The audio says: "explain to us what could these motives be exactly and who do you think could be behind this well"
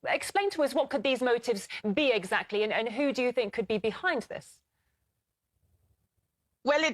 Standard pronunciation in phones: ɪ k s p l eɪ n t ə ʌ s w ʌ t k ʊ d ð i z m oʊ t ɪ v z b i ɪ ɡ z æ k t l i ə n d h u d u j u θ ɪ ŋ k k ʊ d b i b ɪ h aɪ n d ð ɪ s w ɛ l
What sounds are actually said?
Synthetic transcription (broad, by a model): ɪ k s p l eɪ n t ə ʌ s w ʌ t k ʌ d ð i z m oʊ t ɪ v z b i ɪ ɡ z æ k t l i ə n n h u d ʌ j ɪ θ ɪ ŋ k k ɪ d b i b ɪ h aɪ n ð ɪ s w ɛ l